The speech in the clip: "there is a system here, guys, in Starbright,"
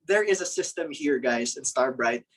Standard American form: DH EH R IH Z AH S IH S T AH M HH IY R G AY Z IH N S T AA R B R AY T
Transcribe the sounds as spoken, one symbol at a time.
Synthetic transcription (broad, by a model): DH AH R IH Z AH S IH S T AH M HH IY R G AY Z IH N S T AA R B R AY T